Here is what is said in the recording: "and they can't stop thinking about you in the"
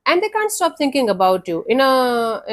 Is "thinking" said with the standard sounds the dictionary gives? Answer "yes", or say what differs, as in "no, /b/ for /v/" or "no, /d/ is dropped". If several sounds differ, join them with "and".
no, /t/ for /θ/